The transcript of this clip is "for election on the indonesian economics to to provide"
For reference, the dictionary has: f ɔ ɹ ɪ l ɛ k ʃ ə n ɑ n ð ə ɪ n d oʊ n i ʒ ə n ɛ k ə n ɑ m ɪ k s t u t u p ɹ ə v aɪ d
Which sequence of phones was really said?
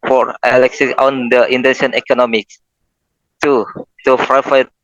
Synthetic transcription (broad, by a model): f ɔ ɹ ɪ l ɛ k s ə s ɑ n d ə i n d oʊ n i ʃ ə n ɛ k ə n ɑ m ɪ k s t u t u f ɹ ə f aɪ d